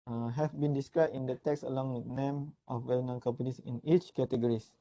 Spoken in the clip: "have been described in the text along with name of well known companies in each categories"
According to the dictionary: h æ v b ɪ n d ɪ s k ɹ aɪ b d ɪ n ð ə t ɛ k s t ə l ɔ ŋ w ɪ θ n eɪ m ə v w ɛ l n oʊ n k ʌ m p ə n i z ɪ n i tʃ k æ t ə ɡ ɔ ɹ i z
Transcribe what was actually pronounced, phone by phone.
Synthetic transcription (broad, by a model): h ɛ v b ɪ n d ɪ s k ɹ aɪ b ɪ n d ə t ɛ k s ə l ɔ ŋ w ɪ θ n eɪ m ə f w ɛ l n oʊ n k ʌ m p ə n i s ɪ n i tʃ k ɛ t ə ɡ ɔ ɹ i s